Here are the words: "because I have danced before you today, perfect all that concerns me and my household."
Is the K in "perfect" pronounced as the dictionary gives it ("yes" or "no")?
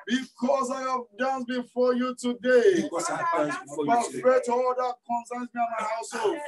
no